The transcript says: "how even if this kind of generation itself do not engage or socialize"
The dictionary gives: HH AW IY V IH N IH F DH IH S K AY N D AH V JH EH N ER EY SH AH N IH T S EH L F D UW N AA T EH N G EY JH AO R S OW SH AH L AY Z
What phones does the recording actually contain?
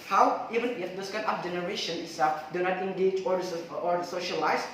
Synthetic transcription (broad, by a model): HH AW IY V IH N IH F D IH S K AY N AH F JH EH N ER EY SH AH N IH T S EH F D UW N AA T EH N G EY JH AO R S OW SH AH L AY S